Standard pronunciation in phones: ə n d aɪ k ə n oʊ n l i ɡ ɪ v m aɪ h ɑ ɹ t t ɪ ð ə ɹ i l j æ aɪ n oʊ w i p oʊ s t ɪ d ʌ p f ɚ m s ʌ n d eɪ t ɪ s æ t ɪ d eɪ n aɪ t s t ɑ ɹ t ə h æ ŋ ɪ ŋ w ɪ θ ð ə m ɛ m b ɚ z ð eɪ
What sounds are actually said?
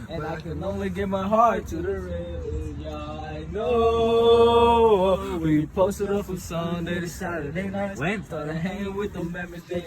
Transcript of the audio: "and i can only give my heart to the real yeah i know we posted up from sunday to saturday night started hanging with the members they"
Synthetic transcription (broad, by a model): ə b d aɪ k ə n oʊ n l i ɡ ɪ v m aɪ h ɑ ɹ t t ɪ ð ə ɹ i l j æ aɪ n oʊ w i p oʊ s t ɪ d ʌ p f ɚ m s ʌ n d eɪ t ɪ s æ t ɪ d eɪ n aɪ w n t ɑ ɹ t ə h æ ŋ ɪ ŋ w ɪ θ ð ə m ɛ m ɚ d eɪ